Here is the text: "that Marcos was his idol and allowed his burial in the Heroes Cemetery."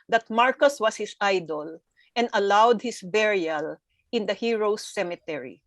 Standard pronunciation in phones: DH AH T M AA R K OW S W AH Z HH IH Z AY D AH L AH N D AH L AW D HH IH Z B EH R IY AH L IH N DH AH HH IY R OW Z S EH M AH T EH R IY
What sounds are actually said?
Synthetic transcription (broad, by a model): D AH T M AA R K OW S W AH S HH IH S AY D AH L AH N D AH L AW D HH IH S B EH R IY AH L IH N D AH HH IY R OW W S EH M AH T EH R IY